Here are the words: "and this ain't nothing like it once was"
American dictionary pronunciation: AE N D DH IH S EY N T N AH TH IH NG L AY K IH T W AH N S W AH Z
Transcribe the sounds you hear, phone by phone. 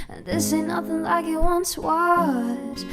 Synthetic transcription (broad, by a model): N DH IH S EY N N AH TH IH NG L AY K IH T W AH N S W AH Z